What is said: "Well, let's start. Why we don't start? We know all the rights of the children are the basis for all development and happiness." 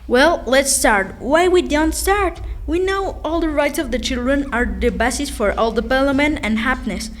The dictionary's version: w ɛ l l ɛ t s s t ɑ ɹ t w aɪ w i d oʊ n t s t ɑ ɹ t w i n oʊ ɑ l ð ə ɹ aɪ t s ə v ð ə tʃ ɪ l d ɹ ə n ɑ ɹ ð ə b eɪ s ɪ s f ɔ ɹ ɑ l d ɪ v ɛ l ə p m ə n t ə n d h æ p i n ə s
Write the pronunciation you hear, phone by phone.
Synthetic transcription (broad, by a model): w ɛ l l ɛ t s s t ɑ ɹ t w aɪ w i d oʊ n t s t ɑ ɹ t w i n oʊ ɑ l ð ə ɹ aɪ t s ə v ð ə tʃ ɪ l d ɹ ə n ɑ ɹ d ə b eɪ s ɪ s f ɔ ɹ ɑ l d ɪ p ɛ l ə m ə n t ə n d h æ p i n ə s